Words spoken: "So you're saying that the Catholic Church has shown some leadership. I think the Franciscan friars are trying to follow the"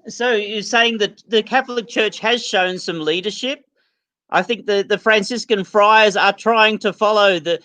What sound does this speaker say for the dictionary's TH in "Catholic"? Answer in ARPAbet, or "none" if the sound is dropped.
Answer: TH